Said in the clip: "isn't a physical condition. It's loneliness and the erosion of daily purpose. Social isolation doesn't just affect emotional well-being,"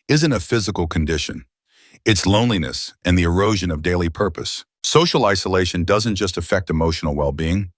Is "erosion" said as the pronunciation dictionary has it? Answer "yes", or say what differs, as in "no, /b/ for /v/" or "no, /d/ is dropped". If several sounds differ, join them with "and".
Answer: yes